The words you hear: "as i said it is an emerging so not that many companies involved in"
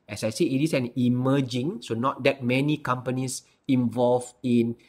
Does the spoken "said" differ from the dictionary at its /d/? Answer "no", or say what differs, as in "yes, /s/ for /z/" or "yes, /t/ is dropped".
yes, /d/ is dropped